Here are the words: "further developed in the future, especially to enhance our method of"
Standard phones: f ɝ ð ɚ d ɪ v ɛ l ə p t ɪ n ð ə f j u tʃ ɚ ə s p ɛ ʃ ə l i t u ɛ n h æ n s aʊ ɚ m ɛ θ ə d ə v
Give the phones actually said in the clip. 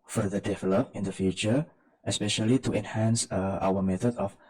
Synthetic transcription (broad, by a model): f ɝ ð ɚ d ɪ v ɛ l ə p ɪ n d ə f j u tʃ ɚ ə s p ɛ ʃ ə l i t u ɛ n h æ n s aʊ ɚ m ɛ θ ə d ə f